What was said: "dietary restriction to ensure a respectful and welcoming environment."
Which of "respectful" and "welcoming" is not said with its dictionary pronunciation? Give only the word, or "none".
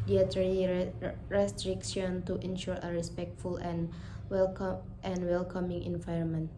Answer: none